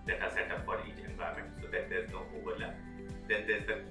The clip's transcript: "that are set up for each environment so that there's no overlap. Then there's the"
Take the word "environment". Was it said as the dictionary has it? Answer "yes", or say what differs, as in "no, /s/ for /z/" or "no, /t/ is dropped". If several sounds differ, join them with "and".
no, /ɹ/ is dropped